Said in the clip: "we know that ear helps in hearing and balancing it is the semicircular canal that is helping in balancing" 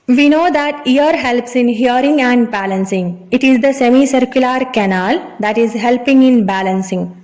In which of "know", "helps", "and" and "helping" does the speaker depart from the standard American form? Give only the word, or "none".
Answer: none